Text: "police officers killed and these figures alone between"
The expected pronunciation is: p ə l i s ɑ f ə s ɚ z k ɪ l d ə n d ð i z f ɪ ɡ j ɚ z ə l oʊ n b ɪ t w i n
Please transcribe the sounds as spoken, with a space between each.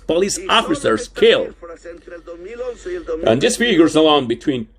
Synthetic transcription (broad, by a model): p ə l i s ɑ f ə s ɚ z k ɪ l ə n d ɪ s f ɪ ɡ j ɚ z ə l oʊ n b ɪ t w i n